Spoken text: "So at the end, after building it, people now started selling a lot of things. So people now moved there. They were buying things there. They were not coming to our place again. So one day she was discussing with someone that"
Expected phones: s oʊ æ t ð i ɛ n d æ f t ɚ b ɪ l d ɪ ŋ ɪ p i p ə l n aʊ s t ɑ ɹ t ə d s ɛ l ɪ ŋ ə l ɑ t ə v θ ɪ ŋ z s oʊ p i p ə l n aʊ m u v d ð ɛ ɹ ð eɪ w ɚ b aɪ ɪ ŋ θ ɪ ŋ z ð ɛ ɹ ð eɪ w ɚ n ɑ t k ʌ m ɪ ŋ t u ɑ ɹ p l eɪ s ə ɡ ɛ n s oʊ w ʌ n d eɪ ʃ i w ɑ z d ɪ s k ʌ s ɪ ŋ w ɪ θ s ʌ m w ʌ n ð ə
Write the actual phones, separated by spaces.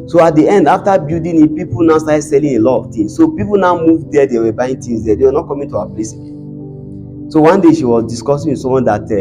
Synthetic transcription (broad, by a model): s oʊ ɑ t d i ɛ n d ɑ f t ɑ b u d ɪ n ɪ p i p ə l n aʊ s t ɑ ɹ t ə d s ɛ l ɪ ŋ ə l ɑ t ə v t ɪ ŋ s oʊ p i p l n aʊ m u v d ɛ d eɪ w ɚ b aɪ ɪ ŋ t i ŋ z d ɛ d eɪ w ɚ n ɑ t k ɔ m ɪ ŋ t u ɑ p l eɪ s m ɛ s oʊ w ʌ n d eɪ ʃ i w ɑ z d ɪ s k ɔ s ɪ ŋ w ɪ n s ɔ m w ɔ n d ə